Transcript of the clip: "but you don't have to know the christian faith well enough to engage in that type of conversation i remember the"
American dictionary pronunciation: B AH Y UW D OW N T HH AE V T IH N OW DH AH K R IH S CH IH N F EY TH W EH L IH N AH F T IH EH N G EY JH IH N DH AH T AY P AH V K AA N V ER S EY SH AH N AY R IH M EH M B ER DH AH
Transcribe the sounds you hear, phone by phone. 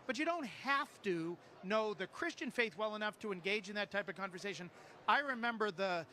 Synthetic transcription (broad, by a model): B AH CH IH D OW N T HH AE F T IH N OW DH AH K R IH S CH IH N F EY TH W EH L IH N AH F T IH EH N G EY JH IH N DH AH T AY P AH V K AA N V ER S EY SH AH N AY R IH M EH M B ER DH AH